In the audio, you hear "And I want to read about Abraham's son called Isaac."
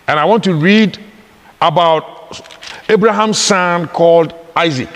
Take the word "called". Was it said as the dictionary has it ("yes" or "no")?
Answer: yes